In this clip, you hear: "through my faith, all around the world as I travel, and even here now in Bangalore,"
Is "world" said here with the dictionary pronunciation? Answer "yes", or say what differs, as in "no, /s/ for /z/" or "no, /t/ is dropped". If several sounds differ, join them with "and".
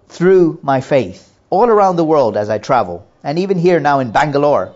yes